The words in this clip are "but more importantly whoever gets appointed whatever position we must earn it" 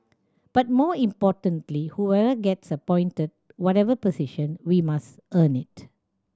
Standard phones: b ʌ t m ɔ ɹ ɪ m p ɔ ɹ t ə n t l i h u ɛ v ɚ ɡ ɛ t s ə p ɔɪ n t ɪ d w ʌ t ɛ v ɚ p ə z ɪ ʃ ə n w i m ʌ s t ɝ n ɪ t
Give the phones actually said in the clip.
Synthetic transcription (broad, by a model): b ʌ t m ɔ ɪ m p ɔ t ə n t l i h u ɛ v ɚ ɡ ɛ t s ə p ɔɪ n t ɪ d w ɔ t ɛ v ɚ p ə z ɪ ʃ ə n w i m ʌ s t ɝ n ɪ t